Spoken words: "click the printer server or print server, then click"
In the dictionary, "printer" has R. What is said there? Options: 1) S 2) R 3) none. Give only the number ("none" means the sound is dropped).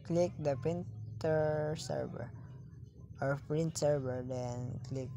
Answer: 3